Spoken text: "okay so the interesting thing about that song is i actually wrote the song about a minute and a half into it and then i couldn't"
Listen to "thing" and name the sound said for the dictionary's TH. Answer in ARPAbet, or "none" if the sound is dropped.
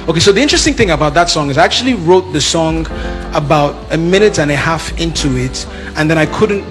TH